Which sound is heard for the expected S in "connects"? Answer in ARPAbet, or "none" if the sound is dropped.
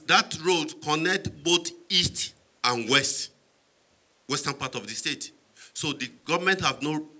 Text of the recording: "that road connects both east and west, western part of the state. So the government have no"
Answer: none